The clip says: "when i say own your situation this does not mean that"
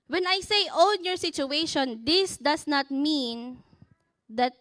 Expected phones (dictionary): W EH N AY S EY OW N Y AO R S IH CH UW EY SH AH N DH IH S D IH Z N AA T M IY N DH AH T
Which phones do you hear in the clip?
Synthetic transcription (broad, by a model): W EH N AY S EY OW N Y AO R S IH CH UW EY SH AH N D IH S D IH S N AA T M IY N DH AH T